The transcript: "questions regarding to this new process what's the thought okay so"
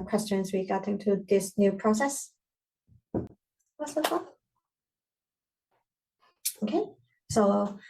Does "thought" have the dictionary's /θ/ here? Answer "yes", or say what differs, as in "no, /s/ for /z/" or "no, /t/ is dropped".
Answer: no, /t/ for /θ/